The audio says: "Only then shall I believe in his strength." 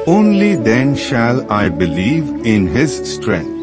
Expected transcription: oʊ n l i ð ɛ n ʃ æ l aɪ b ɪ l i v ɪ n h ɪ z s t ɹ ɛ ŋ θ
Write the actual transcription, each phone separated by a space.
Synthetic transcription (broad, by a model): oʊ n l i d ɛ n ʃ æ l aɪ b ɪ l i v ɪ n h ɪ z s t ɹ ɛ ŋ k